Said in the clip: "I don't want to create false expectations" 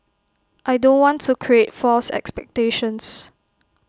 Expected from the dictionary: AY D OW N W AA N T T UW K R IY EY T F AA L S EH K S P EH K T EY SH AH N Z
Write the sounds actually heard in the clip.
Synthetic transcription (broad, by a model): AY D OW N W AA N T T UW K R IY EY T F AA L S EH K S P EH K T EY SH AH N S